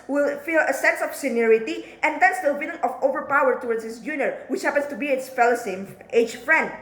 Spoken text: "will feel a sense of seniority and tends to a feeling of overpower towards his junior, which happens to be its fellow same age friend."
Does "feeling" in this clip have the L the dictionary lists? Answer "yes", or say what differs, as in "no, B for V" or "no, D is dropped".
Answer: no, N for L